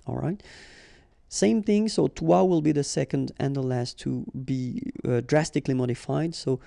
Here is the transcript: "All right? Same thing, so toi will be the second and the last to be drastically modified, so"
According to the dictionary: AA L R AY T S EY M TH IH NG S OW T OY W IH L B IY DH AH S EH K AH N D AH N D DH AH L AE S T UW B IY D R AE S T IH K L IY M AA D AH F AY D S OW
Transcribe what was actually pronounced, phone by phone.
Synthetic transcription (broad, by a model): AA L R AY T S EY M TH IH NG S OW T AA W IH L B IY DH AH S EH K AH N D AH N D DH AH L AE S T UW B IY D R AE S T IH K L IY M AA D AH F AY D S OW